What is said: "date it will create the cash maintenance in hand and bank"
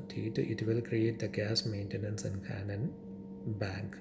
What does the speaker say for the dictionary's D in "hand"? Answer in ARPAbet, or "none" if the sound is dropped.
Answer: none